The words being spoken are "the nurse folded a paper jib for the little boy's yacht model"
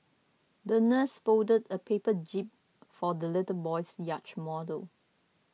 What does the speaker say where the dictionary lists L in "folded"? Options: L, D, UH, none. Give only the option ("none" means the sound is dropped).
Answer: none